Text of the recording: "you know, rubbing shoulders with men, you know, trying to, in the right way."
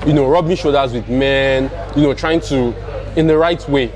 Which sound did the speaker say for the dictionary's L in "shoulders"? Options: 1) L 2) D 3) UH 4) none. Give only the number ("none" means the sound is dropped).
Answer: 4